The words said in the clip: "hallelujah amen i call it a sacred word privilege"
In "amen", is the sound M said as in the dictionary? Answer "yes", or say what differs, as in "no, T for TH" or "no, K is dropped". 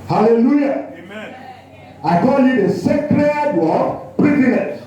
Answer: no, M is dropped